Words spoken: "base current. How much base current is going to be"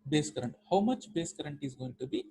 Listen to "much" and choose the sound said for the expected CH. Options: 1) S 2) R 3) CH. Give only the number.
3